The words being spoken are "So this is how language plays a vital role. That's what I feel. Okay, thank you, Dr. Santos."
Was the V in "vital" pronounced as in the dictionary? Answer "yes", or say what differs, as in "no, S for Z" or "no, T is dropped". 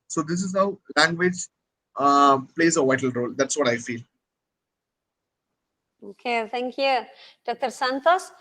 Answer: yes